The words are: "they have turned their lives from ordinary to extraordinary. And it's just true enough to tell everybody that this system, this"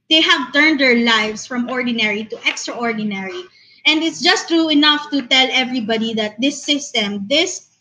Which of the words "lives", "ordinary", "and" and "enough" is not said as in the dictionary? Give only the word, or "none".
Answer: lives